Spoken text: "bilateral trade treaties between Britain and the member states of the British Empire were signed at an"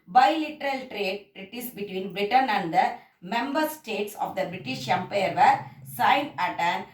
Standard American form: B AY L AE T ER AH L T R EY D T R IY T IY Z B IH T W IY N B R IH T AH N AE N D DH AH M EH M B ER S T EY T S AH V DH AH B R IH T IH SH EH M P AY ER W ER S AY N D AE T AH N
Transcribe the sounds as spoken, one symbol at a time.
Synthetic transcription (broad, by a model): B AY L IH T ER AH L T R EY D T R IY T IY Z B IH T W IY N B R IH T AH N AE N D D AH M EH M B ER S T EY T S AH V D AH B R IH T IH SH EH M P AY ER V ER S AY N AE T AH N